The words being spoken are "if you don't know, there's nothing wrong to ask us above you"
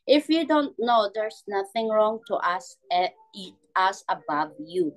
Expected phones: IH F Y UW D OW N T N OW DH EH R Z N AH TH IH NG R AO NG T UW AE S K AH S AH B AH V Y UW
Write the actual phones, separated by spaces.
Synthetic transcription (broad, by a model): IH F Y UW D OW N T N OW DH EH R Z N AH TH IH NG R AO NG T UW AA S AH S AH B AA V Y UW